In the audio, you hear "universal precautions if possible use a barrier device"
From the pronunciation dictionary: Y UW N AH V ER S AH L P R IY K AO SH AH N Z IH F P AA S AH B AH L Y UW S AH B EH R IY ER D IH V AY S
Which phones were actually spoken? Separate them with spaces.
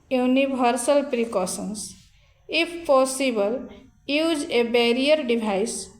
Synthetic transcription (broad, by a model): Y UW N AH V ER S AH L P R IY K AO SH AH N S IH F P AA S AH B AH L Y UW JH AH B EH R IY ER D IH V AY S